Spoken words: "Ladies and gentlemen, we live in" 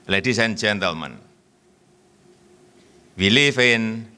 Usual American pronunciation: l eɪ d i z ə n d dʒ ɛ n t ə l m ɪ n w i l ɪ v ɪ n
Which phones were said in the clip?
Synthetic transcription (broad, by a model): l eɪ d i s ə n dʒ ɛ n t ə l m ɪ n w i l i f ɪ n